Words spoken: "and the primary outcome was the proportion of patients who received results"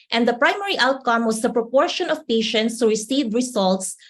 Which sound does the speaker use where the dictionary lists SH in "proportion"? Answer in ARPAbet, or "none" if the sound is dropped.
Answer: SH